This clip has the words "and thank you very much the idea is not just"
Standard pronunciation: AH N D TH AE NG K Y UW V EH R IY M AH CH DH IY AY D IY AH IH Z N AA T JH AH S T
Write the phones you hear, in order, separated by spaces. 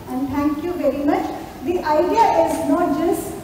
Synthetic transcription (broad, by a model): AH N D T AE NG K Y UW V EH R IY M AH CH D IY AY D IY AH IH Z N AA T JH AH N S